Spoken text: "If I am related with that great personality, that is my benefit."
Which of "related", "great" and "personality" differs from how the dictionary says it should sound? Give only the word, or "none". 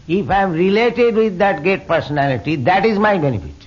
great